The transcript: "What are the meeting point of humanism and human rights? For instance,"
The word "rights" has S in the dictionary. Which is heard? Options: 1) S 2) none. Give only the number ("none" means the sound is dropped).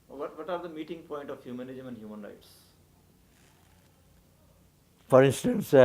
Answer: 1